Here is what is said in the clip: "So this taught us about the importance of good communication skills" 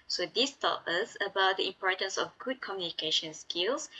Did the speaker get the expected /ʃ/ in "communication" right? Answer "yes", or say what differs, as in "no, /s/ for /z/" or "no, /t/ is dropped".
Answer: yes